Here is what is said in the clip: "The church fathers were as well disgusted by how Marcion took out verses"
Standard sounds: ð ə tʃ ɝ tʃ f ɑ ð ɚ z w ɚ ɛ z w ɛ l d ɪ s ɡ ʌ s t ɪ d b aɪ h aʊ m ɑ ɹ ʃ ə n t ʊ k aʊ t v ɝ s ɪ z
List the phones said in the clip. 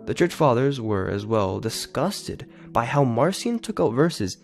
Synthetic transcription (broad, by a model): ð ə tʃ ɝ tʃ f ɑ ð ɚ z w ɚ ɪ z w ɛ l d ɪ s ɡ ʌ s t ɪ d b aɪ h aʊ m ɑ ɹ s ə n t ʊ k aʊ t v ɝ s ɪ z